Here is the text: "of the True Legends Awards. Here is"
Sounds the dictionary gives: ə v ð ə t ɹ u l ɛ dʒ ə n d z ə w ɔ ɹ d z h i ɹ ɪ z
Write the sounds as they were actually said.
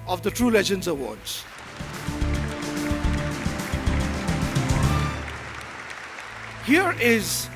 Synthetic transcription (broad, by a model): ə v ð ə t ɹ u l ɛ dʒ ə n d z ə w ɔ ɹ d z h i ɹ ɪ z